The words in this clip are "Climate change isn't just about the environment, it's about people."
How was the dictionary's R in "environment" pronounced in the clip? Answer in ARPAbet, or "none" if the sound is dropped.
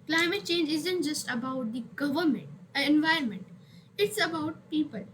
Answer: R